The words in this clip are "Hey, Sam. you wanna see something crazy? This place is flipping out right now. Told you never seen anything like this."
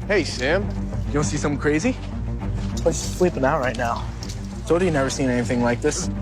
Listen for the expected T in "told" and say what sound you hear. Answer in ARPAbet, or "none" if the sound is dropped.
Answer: S